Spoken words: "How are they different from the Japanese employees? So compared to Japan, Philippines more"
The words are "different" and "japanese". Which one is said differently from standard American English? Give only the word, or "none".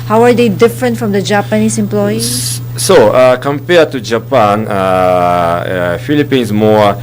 japanese